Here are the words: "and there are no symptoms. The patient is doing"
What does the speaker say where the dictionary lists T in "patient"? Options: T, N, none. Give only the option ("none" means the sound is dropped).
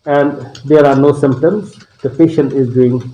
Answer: none